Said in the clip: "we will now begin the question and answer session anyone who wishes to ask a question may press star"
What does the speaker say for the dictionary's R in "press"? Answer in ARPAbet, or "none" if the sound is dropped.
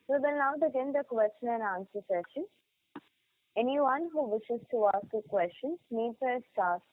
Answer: none